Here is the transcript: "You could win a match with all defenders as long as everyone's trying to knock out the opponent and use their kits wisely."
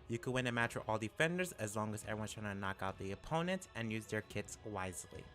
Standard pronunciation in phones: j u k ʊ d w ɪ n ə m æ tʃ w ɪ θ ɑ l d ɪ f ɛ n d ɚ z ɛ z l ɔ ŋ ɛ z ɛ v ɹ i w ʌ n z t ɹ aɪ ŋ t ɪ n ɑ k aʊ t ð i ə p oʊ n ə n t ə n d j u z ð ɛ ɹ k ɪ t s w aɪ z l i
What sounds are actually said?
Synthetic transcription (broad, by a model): j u k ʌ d w ɪ n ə m æ tʃ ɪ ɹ ɑ l d ɪ f ɛ n d ɚ z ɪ z l ɔ ŋ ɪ z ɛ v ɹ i w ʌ n t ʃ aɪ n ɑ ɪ n ɑ k aʊ t ð i ə p oʊ n ə n t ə n j u z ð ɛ ɹ k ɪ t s w aɪ z l i